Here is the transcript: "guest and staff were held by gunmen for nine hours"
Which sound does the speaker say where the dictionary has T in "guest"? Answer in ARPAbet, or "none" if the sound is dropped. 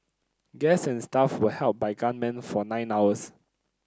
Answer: none